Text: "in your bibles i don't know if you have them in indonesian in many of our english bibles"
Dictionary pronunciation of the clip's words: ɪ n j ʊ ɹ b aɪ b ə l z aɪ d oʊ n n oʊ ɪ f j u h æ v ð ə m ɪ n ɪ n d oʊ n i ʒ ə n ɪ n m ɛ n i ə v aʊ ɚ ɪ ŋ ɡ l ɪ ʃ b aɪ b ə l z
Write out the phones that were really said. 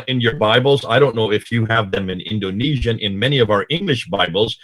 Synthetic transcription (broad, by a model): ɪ n j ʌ ɹ b aɪ b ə l z aɪ d oʊ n n oʊ ɪ f j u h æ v ð ə m ɪ n ɪ n d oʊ n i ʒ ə n ɪ n m ɛ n i ə v aʊ ɚ ɪ ŋ ɡ l ɪ ʃ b aɪ b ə l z